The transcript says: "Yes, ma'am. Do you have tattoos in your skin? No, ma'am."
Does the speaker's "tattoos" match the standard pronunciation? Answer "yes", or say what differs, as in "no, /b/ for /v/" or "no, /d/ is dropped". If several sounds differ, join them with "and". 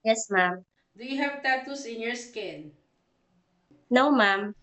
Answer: no, /s/ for /z/